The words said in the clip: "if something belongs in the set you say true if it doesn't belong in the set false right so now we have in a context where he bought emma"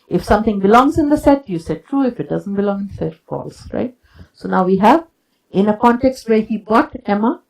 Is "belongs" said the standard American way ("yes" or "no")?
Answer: yes